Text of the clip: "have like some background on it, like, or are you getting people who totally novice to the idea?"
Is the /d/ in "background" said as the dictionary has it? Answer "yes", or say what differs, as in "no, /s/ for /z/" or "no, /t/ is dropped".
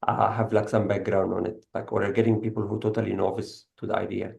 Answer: yes